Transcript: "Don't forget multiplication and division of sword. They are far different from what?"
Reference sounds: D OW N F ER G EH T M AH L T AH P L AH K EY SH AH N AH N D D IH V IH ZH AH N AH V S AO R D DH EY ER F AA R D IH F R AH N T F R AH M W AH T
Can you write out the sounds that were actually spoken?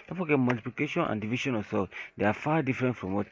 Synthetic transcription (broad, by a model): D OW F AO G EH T M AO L T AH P L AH K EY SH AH N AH N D D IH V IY SH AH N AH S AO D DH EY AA F AA D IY F R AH N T F R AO M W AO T